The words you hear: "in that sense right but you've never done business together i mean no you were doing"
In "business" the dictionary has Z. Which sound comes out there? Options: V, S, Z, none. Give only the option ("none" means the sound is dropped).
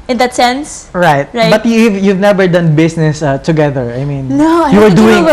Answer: S